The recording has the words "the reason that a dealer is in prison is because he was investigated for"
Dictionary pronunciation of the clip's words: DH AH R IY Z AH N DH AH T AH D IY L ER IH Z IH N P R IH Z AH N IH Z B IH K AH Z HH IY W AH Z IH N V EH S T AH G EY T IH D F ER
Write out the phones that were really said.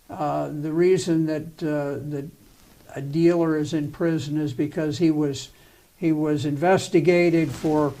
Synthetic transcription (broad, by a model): DH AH R IY Z AH N DH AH T AH D IY L ER IH Z IH N P R IH Z AH N IH Z B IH K AH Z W IY W AH Z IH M V EH S T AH G EY T IH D F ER